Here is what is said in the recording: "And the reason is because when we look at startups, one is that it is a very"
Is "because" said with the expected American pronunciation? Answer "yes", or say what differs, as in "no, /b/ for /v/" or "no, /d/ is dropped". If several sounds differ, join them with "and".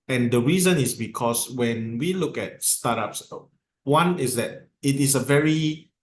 no, /s/ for /z/